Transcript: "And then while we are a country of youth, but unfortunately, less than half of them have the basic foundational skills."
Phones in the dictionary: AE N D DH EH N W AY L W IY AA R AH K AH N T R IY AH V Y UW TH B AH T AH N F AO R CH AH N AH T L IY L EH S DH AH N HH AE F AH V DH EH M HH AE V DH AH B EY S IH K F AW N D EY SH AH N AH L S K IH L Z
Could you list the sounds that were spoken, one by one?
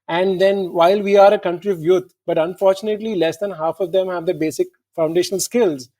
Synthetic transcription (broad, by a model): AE N D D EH N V AY L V IY AA R AH K AH N T R IY AH V Y UW T B AH T AH N F AO R CH AH N AH T L IY L EH S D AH N HH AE F AH V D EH M HH AE V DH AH B EY S IH K F AW N D EY SH AH N AH L S K IH L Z